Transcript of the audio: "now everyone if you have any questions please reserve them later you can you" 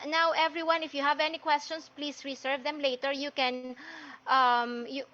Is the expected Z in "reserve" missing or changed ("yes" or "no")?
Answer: yes